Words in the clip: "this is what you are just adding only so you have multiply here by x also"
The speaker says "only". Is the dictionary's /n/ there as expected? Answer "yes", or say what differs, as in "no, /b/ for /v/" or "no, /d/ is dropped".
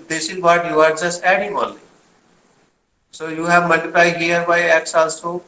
no, /n/ is dropped